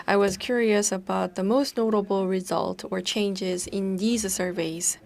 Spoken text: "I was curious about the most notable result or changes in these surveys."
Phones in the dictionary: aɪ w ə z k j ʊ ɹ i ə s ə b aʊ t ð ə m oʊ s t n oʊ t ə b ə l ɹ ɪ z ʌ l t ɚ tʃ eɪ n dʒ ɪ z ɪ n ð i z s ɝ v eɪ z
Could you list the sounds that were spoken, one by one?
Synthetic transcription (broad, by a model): aɪ w ə z k j ʊ ɹ i ə s ə b aʊ t ð ə m oʊ s t n oʊ t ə b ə l ɹ ɪ z ʌ l t ɚ tʃ eɪ n dʒ ɪ z ɪ n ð i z s ɝ v eɪ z